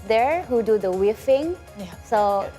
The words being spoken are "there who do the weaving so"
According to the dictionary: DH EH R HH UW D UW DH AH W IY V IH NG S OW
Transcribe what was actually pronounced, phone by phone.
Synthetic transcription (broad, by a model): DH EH R HH UW D UW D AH W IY F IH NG S OW